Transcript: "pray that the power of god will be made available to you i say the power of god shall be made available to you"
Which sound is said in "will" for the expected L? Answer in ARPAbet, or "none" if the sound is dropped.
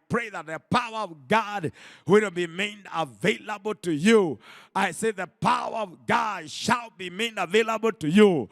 N